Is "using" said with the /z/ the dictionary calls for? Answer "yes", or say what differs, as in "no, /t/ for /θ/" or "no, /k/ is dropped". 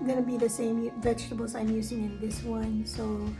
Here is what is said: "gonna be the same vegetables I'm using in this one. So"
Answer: yes